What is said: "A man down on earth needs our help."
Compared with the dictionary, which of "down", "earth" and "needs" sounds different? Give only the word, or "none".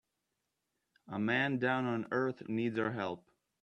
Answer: none